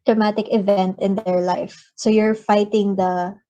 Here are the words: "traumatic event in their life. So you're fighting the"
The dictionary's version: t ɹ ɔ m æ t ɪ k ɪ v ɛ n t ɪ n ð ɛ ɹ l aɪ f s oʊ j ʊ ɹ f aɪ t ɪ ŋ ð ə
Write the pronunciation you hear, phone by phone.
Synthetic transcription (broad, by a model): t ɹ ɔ m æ t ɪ k ɪ v ɛ n t ɪ n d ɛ ɹ l aɪ f s oʊ j ʊ ɹ f aɪ t ɪ ŋ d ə